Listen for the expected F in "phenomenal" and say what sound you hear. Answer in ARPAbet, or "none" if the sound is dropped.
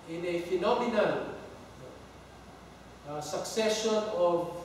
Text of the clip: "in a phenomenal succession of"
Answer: F